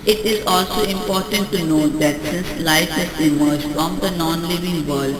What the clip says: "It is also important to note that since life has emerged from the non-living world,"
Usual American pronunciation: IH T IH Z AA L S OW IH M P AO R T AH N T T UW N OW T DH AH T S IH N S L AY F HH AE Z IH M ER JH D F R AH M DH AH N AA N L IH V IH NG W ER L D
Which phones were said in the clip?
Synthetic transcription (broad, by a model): IH T IH Z AA L S OW IH M P AO R T AH N T T UW N OW T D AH T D IH S L AY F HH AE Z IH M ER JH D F R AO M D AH N AA N L IH V IH NG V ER L D